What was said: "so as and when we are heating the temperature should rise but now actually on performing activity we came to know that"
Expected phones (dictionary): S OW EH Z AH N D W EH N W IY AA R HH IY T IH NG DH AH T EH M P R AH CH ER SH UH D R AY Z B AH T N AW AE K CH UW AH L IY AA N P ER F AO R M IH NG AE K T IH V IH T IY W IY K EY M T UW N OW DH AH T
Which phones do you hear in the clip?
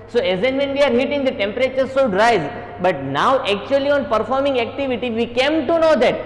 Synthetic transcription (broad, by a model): S OW EH Z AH N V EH N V IY AA R HH IY T IH NG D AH T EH M P R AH CH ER S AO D R AY Z B AH T N AW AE K CH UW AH L IY AA N P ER F AO R M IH NG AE K T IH V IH T IY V IY K EY M T UW N OW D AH T